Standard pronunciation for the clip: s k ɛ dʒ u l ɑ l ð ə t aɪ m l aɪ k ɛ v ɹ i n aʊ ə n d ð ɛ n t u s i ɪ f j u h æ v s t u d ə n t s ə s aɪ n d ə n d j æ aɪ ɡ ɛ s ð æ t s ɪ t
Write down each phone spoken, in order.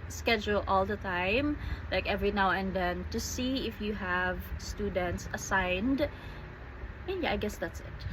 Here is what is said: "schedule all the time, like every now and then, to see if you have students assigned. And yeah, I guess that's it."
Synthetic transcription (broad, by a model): s k ɛ dʒ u l ɑ l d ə t aɪ m l aɪ k ɛ v ɹ i n aʊ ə n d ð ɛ n t u s i ɪ f j u h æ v s t u d ə n t s ə s aɪ n d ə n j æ aɪ ɡ ɛ s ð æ t s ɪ t